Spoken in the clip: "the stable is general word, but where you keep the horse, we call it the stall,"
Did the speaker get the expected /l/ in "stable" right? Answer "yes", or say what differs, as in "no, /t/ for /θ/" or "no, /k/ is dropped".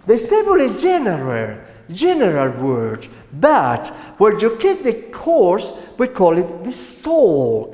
no, /n/ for /l/